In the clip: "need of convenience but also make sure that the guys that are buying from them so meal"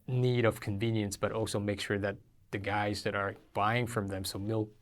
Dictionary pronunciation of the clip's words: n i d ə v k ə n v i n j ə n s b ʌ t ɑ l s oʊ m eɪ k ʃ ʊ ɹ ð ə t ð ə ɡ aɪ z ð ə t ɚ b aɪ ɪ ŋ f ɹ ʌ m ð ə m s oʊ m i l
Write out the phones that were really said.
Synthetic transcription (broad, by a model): n i d ə v k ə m v i n j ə n s b ʌ t ɑ l s oʊ m eɪ k ʃ ʊ ɹ ð ə t ð ə ɡ aɪ z ð ə t ɚ b aɪ ɪ ŋ f ɹ ʌ m ð ə m s oʊ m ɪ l